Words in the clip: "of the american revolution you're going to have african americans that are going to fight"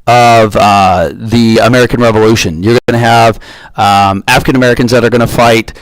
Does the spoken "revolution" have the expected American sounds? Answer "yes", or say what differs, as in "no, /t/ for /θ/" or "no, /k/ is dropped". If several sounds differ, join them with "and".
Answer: yes